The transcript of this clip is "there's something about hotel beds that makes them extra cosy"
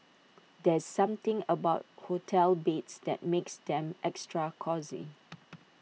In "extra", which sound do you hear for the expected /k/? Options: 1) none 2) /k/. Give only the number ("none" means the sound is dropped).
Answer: 2